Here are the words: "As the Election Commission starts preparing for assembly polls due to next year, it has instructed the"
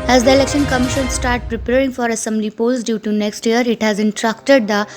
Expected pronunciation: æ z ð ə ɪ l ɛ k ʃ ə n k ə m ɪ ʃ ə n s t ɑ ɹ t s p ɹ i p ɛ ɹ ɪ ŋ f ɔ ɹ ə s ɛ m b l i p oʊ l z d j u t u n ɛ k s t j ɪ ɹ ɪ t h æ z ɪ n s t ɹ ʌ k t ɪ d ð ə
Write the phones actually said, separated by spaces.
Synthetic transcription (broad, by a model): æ z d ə ɪ l ɛ k ʃ ə n k ə m ɪ ʃ ə n s t ɑ ɹ t p ɹ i p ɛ ɹ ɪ ŋ f ɔ ɹ ə s ɛ m b l i p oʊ l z d j u t u n ɛ k s t j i ɹ ɪ t h æ z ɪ n t ɹ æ k t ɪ d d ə